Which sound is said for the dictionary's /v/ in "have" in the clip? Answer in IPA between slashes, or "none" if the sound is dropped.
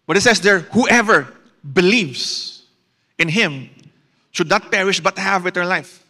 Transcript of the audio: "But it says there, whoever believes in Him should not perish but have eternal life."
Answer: /v/